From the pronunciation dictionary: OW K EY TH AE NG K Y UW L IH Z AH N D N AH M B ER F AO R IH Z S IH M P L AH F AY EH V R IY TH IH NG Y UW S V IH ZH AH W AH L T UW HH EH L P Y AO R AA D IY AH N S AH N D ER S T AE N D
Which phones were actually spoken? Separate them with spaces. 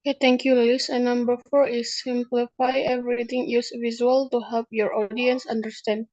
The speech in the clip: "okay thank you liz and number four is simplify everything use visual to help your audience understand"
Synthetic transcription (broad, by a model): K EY T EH NG K Y UW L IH S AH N N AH M B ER F AO R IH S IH M P L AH F AY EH V R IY T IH NG Y UW S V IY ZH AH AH L T UW HH EH L P Y AO R AA D IY AH N S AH N D ER S T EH N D